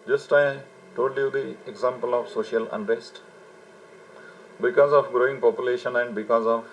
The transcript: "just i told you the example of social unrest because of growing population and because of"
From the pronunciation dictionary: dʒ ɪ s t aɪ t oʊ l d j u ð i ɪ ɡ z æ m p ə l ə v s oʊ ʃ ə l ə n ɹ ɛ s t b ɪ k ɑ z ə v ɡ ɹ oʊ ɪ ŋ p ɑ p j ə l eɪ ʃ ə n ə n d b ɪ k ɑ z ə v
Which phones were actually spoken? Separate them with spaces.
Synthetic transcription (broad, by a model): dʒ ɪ s t aɪ t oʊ d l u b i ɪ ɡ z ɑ m p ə l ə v s oʊ ʃ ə l ə n ɹ ɛ s t b ɪ k ɑ z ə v ɡ ɹ oʊ ɪ ŋ p ɑ p j ə l eɪ ʃ ə n ə n d b ɪ k ɑ z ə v